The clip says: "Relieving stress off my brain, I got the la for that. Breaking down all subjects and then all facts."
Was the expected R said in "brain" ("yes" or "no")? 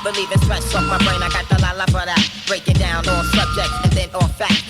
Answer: yes